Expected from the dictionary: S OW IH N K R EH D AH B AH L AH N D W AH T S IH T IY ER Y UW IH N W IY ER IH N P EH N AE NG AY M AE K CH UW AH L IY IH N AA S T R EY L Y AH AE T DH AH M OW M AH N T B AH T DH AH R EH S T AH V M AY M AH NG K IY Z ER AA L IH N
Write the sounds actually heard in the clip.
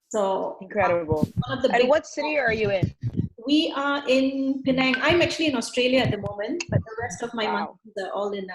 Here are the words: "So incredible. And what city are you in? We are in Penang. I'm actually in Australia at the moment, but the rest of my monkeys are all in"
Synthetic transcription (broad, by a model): S OW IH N K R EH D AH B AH N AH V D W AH T S IH T IY ER Y UW IH N W IY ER IH N P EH N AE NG AY M AE K CH UW AH L IY IH N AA S T R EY L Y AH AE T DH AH M OW M AH N T B AH T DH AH R EH S T AH V M AY M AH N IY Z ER AA L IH N